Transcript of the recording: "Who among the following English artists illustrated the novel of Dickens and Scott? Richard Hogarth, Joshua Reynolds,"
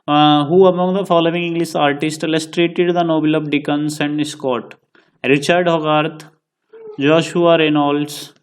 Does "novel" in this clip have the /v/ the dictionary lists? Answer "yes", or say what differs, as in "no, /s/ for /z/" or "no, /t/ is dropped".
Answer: no, /b/ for /v/